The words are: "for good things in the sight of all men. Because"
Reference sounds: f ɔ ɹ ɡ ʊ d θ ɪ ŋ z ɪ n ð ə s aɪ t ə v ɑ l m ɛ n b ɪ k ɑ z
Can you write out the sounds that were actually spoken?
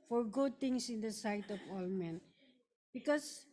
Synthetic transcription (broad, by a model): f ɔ ɹ ɡ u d t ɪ ŋ s ɪ n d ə s aɪ t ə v ɑ l m ɛ n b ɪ k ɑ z